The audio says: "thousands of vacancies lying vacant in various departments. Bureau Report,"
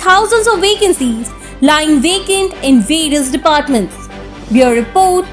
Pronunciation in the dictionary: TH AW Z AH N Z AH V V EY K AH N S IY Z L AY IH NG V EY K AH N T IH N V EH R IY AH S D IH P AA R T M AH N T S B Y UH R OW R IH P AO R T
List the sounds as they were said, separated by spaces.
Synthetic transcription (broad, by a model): AW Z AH N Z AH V V EY K AH N S IY Z L AY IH NG V EY K AH N T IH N V EH R IY AH S D IH P AA R T M AH N T S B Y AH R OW R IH P AO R T